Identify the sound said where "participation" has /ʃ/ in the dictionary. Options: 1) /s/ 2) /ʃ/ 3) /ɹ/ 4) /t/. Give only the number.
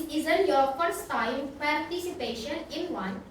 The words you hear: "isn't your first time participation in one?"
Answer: 2